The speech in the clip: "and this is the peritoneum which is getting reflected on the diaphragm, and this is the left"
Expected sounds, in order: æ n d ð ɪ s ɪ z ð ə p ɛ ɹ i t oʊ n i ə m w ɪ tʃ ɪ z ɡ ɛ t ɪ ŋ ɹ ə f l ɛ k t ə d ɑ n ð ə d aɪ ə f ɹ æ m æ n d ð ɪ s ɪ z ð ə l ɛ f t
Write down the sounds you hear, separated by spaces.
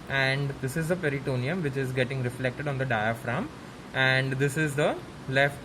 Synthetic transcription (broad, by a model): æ n d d ɪ s ɪ z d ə p ɛ ɹ i t oʊ n i ə m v ɪ tʃ ɪ z ɡ ɛ t ɪ ŋ ɹ ə f l ɛ k t ə d ɑ n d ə d aɪ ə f ɹ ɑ m æ n d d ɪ s ɪ z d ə l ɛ f t